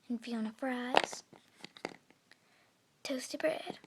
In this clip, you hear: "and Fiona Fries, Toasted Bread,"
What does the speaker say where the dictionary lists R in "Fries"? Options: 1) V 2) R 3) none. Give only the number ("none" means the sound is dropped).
2